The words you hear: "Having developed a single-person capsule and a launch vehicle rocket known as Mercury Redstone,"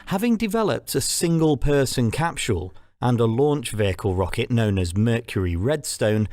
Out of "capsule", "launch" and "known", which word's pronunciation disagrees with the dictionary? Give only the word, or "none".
capsule